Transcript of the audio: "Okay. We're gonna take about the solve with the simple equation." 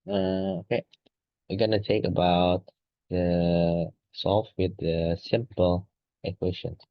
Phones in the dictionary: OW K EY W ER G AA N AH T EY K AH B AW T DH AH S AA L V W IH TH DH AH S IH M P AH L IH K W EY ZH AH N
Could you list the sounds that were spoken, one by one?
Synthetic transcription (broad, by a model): OW K EY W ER G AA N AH T EY K AH B AW T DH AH S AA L F W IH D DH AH S IH M P AH L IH K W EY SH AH N